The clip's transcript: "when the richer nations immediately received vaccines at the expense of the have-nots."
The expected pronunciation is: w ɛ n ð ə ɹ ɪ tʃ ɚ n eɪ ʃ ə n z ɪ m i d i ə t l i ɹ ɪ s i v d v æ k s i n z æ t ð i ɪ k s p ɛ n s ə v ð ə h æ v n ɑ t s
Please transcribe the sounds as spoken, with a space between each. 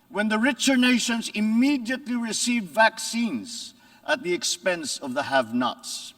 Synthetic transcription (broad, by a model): w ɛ n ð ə ɹ ɪ tʃ ɚ n eɪ ʃ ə n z ɪ m i d i ə t l i ɹ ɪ s i v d v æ k s i n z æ t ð i ɪ k s p ɛ n s ə v ð ə h æ v n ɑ t s